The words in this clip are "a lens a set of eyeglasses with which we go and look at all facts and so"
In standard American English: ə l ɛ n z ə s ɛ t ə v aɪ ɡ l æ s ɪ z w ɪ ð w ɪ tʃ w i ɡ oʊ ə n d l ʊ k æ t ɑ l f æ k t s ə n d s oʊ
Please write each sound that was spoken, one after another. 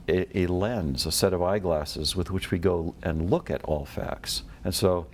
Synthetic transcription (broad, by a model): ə l ɛ n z ə s ɛ t ə v aɪ ɡ l æ s ɪ z w ɪ ð w ɪ tʃ w i ɡ oʊ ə n l ʊ k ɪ t ɑ l f æ k t s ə n s oʊ